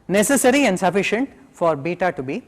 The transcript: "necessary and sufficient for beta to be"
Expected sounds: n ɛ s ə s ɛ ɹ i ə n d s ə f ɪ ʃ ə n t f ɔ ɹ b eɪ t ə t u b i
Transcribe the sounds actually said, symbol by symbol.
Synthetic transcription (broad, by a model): n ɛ s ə s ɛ ɹ i ə n d s ə f ɪ ʃ ə n t f ɔ ɹ b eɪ t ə t u b i